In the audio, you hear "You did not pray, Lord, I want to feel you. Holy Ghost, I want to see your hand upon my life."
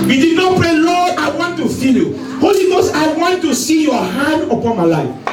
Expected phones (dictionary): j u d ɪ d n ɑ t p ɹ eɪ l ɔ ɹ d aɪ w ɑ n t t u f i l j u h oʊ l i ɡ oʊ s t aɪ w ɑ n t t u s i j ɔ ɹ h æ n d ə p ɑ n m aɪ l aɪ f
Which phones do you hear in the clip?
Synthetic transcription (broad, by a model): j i d ɪ d n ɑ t p ɹ eɪ l ɔ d aɪ w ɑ n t t u f i l j u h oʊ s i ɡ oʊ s aɪ w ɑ n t t u s i j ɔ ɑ h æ n d ə p ɑ n m aɪ l aɪ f